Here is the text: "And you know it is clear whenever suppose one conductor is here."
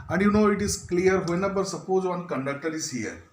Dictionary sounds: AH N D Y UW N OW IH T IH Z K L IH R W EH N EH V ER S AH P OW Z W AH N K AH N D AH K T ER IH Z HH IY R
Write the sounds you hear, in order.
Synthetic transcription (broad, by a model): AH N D Y UW N OW IH T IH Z K L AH R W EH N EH B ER S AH P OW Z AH N K AH N D AH K T ER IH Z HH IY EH